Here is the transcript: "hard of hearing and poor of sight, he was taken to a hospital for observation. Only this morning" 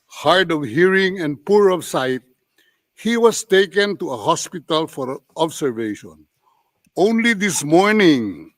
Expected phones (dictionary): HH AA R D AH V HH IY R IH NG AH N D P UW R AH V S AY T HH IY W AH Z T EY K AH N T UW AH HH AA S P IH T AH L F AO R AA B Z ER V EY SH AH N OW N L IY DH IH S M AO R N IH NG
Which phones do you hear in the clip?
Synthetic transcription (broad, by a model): HH AA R D AH V HH IY R IH NG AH N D P UW R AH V S AY T HH IY W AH S T EY K AH N T UW AH HH AA S P IH T AH L F AO R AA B S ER V EY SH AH N OW N L IY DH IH S M AO R N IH NG